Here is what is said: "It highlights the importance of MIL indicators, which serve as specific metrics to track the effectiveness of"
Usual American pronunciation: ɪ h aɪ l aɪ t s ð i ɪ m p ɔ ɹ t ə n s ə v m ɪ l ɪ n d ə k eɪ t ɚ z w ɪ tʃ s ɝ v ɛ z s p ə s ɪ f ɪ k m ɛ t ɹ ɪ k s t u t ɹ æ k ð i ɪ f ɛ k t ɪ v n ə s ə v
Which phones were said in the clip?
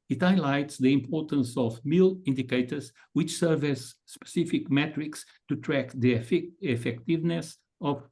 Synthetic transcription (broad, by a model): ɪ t aɪ l aɪ t s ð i ɪ m p ɔ ɹ t ə n s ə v m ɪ l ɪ n d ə k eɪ t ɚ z w ɪ tʃ s ɝ v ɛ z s p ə s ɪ f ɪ k m ɛ t ɹ ɪ k s t u t ɹ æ k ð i ɪ f ɛ k t ɪ v n ə s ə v